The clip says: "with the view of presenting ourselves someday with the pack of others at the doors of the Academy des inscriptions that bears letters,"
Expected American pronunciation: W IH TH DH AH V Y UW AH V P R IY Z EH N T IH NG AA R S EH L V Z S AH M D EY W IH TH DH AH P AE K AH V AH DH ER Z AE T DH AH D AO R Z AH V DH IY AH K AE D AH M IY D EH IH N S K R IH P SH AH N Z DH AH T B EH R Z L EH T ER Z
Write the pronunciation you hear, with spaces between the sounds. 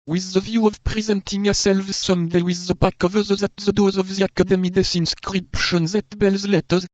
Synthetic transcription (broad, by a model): W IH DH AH V Y UW AH V P R IY Z EH N T IH NG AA S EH L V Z S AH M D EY W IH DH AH B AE K AH V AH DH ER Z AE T DH AH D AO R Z AH V DH IY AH K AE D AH M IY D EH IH N S K R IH P SH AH N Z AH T B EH L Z L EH T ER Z